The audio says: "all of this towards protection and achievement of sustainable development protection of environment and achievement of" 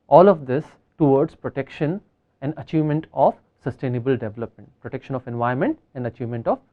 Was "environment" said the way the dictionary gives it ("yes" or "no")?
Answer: no